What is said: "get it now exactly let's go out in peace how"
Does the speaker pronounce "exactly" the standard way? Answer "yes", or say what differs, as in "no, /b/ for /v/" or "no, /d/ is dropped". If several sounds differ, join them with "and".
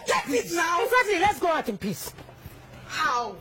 no, /k/ is dropped